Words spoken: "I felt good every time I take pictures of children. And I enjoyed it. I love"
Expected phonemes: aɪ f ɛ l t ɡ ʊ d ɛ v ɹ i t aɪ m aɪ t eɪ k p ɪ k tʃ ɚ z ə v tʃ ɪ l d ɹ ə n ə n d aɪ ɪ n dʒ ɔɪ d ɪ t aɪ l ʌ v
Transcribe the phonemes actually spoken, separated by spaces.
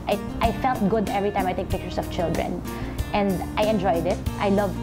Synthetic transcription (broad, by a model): aɪ f ɛ l t ɡ ʊ d ɛ v ɹ i t aɪ m aɪ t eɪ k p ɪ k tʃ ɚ s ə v tʃ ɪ l d ɹ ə n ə n d aɪ ɪ n dʒ ɔɪ d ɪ t aɪ l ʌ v